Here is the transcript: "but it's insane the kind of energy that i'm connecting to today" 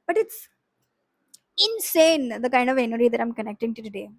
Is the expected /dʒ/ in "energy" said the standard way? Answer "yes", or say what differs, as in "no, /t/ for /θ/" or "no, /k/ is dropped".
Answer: no, /dʒ/ is dropped